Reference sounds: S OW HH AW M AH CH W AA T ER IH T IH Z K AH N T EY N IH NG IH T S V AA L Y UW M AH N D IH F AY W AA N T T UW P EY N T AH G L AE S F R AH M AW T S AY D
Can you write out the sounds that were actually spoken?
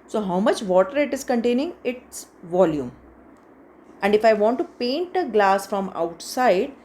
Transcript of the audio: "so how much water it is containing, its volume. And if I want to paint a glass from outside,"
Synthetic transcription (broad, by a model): S OW HH AW M AH CH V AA T ER IH T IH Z K AH N T EY N IH NG IH T S V AA L Y UW M AH N D IH F AY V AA N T T UW P EY N T AH G L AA S F R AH M AW T S AY D